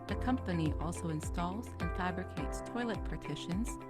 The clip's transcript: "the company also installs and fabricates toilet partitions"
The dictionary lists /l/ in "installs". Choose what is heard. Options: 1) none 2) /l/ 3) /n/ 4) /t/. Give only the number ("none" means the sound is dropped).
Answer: 2